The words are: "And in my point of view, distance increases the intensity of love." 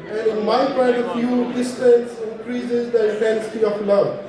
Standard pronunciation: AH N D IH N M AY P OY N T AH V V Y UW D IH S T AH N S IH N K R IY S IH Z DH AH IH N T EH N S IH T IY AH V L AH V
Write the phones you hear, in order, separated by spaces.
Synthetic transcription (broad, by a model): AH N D IH N M AY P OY T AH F Y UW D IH S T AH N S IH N K R IY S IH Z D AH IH T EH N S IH T IY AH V L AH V